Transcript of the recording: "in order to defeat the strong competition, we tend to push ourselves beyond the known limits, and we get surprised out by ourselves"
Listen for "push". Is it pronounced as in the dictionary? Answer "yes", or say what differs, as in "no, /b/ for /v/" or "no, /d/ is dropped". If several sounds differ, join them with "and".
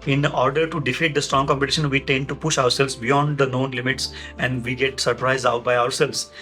yes